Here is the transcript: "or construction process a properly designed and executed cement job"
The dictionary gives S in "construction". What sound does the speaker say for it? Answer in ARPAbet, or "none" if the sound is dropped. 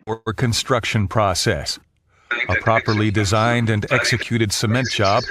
S